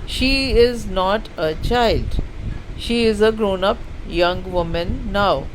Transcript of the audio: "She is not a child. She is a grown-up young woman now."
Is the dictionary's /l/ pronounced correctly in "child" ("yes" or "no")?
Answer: yes